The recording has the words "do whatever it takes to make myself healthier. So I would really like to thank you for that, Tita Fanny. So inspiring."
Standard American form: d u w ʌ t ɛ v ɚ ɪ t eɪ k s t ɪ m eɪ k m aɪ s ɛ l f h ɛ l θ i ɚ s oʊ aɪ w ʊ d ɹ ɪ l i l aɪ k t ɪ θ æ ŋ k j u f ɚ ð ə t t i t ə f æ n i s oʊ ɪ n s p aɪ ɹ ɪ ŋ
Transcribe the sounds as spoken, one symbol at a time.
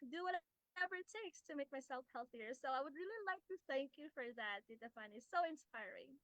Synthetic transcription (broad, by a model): d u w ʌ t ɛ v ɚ t eɪ k s t ɪ m eɪ k m aɪ s ɛ l f h ɛ l θ i ɚ s oʊ aɪ w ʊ d ɹ ɪ l i l aɪ k t ɪ θ æ ŋ k j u f ɚ ð ə t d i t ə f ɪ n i s oʊ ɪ n s p aɪ ɹ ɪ ŋ